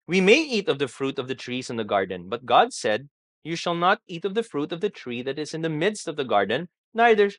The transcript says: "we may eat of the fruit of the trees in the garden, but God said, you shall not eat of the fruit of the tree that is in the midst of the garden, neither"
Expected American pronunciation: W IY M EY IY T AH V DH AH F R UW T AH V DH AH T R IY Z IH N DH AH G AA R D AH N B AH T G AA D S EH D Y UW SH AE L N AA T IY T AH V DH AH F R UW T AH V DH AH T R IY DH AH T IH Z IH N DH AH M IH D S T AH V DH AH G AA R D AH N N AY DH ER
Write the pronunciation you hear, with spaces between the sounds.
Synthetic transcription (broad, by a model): W IY M EY IY T AH V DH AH F R UW T AH V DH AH T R IY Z IH N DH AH G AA R D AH N B AH T G AA D S EH D Y UW SH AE L N AA T IY T AH V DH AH F R UW T AH V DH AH T R IY DH AH T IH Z IH N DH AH M IH D S T AH V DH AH G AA R D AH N N AY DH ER